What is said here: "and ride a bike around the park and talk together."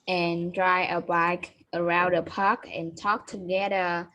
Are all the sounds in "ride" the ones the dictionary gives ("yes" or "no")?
no